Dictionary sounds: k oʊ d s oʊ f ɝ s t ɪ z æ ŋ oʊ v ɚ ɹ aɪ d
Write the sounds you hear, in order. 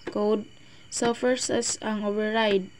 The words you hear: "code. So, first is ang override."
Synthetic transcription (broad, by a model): k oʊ d s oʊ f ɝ s ɪ s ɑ ŋ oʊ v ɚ ɹ aɪ d